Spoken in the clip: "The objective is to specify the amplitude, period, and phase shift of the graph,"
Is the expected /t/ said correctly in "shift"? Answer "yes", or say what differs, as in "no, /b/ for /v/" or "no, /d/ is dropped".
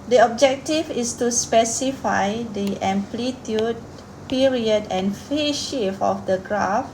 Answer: no, /t/ is dropped